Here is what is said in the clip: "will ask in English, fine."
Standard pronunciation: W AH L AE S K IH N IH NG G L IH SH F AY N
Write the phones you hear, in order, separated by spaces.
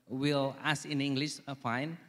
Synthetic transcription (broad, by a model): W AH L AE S IH N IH NG G L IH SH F AY N